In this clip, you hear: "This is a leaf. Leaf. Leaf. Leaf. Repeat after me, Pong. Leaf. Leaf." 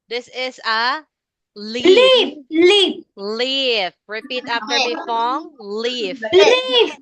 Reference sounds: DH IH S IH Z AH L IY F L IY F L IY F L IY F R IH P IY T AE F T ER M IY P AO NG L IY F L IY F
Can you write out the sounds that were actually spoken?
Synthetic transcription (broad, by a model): DH IH S IH Z AH L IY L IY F L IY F L IY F R IH P IY T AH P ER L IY F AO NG L IY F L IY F